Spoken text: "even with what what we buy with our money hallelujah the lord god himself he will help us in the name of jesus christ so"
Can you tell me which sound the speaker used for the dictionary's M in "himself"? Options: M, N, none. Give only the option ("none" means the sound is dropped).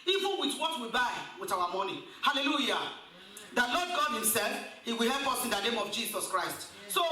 M